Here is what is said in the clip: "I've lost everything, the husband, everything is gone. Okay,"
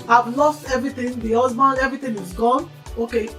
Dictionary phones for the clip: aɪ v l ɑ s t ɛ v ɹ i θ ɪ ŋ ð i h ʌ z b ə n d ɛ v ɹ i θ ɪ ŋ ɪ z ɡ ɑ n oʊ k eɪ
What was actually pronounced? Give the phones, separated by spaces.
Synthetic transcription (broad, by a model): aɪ v l ɑ s t ɛ v ɹ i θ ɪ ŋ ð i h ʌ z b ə n d ɛ v ɹ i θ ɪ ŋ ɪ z ɡ ɑ n oʊ k eɪ